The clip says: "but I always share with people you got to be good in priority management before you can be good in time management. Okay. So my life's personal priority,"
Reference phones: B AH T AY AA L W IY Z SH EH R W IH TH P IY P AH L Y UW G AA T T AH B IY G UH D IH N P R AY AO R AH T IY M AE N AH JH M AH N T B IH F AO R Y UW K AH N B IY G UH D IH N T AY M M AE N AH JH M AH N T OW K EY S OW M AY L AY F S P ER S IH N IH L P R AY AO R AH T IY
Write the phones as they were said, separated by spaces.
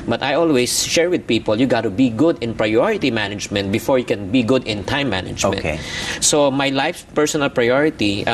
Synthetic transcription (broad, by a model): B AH T AY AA L W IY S SH EH R W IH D P IY P AH L Y UW G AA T T AH B IY G UH D IH N P R AY AO R AH T IY M AE N AH JH M AH N T B IH F AO R Y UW K AH N B IY G UH D IH N T AY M M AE N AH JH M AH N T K S OW M AY L AY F P ER S IH N IH L P R AY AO R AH T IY